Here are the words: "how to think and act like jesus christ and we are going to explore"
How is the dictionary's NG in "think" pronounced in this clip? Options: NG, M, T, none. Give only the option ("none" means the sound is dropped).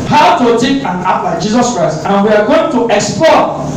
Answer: none